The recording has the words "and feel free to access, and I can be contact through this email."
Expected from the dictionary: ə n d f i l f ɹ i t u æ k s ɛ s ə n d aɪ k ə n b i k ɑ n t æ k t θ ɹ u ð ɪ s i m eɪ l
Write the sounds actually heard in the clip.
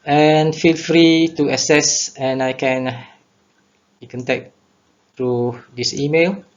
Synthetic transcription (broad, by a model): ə n f i l f ɹ i t u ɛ s ɛ s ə n aɪ k ə n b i k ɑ n t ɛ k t ɹ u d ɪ s i m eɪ l